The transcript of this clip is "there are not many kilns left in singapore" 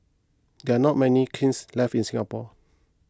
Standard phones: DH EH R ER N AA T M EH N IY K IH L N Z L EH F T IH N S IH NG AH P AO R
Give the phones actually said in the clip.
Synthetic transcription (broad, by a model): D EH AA N AA T M EH N IY K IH N S L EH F IH N S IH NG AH P AO